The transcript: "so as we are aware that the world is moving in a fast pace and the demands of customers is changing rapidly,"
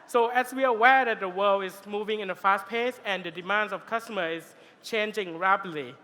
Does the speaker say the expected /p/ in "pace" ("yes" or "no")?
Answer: yes